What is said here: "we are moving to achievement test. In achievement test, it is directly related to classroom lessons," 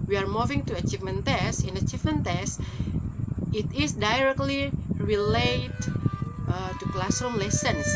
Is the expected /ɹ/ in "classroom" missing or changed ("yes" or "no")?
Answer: yes